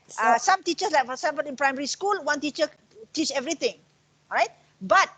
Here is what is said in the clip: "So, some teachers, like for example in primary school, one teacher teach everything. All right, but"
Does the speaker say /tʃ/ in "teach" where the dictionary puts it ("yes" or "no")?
yes